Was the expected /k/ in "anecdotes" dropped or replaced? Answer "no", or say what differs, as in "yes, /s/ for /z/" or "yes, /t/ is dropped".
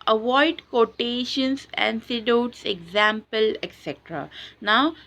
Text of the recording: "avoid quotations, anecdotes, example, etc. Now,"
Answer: yes, /k/ is dropped